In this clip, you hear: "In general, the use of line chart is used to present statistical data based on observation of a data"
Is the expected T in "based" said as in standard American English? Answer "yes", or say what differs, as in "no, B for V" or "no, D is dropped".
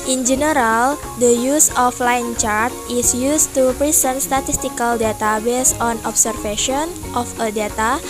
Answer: no, T is dropped